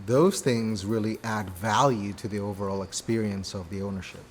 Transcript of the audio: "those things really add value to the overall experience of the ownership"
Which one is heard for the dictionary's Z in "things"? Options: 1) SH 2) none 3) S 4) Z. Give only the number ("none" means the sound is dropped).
4